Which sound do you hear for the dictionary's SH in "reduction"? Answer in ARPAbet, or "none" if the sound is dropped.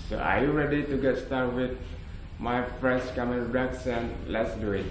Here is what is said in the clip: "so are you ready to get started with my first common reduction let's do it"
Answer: S